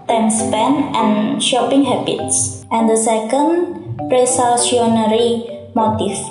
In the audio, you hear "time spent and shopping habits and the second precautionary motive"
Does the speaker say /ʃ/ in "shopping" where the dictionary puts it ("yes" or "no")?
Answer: yes